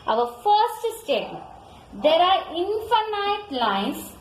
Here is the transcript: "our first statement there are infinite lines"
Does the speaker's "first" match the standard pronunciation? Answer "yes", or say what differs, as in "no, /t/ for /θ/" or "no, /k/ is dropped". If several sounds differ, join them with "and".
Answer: yes